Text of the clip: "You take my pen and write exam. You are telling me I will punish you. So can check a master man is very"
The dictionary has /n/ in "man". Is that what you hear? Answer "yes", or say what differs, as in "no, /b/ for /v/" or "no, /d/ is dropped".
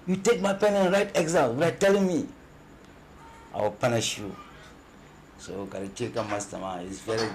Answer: no, /n/ is dropped